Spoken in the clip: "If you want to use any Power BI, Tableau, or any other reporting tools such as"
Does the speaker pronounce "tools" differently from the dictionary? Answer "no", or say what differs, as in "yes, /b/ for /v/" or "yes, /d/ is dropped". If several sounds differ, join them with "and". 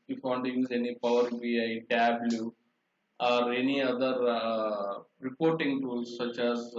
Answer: yes, /l/ is dropped